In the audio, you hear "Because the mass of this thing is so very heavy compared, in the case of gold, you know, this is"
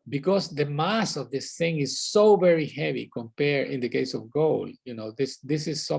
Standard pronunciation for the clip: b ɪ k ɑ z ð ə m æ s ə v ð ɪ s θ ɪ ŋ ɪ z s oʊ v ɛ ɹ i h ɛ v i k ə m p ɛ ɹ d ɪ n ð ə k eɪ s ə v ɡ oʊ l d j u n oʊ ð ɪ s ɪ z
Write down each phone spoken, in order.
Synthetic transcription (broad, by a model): b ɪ k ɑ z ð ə m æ s ə v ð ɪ s θ ɪ ŋ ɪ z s oʊ v ɛ ɹ i h ɛ v i k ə m p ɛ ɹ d ɪ n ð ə k eɪ s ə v ɡ oʊ l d j u n oʊ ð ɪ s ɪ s